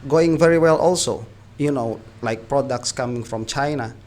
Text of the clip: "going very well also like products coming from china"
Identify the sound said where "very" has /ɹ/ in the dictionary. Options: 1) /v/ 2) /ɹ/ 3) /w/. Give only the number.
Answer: 2